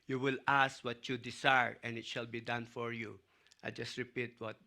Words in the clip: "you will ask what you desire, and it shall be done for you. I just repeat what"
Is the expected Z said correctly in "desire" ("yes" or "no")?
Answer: no